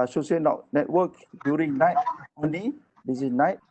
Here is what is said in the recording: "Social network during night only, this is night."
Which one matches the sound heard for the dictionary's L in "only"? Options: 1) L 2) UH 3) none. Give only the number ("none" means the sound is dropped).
3